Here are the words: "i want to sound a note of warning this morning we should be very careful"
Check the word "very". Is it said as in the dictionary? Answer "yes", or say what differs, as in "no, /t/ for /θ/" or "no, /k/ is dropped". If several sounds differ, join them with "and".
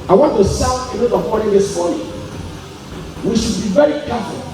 yes